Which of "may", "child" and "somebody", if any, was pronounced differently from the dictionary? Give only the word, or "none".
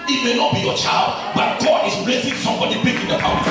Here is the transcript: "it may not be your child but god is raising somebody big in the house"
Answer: none